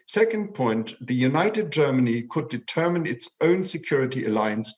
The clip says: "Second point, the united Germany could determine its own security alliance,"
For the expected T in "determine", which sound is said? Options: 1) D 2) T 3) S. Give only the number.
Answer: 2